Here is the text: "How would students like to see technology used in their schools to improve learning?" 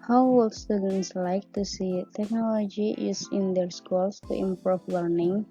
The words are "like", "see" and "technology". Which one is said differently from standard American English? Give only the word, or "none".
none